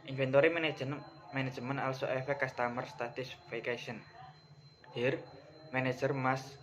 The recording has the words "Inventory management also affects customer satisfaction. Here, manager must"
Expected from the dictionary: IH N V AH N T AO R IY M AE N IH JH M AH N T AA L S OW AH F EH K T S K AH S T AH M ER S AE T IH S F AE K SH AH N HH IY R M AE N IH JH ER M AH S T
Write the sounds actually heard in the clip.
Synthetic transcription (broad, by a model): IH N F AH N T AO R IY M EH N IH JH M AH N AA L S OW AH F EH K K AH S T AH M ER S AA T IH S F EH K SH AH N HH IY R M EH N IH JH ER M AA S